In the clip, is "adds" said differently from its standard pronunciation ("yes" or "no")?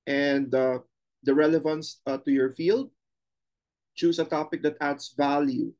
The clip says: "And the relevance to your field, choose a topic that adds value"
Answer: yes